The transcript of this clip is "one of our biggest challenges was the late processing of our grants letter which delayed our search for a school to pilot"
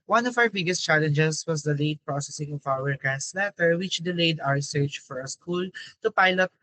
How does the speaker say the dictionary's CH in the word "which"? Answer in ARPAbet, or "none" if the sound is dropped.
CH